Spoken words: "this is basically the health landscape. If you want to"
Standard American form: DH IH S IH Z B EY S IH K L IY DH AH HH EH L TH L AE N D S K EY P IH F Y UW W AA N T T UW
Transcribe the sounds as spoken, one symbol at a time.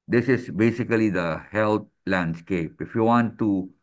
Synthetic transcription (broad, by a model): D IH S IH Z B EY S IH K L IY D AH HH EH L T L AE N D S K EY P IH F Y UW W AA N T T UW